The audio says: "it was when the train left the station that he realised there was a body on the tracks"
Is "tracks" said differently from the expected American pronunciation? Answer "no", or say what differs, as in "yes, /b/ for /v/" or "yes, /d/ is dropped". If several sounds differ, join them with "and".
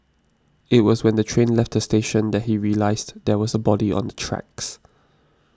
no